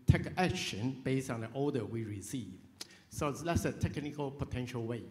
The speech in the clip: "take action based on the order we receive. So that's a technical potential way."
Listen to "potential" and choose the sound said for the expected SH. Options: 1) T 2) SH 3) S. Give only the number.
2